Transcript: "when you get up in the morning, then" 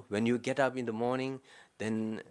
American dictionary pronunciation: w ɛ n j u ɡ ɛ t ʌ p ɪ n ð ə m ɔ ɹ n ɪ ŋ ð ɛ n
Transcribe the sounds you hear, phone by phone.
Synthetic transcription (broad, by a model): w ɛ n j u ɡ ɛ t ʌ p ɪ n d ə m ɔ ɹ n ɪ ŋ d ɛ n